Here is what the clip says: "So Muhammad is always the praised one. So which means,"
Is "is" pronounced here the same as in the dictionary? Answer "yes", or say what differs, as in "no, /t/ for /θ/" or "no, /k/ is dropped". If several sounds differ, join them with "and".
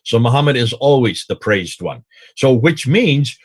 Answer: yes